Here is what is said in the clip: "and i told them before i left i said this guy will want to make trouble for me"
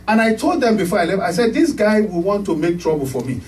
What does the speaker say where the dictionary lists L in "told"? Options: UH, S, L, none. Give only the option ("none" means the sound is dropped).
L